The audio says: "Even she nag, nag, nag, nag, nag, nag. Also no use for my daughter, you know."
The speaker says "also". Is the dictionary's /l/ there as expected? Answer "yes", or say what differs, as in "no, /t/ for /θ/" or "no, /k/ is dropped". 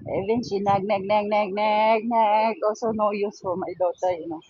no, /l/ is dropped